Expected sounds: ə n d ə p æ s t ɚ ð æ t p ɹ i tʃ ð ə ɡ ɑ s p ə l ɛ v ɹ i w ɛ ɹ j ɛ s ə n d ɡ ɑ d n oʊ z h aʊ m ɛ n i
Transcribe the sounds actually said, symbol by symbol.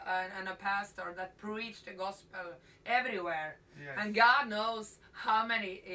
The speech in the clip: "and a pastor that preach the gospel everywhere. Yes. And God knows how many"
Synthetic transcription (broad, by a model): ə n ə p æ s t ɚ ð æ t p ɹ i tʃ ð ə ɡ ɑ s p ə l ɛ v ɹ i w ɛ ɹ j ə n ɡ ɑ d n oʊ z h aʊ m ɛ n i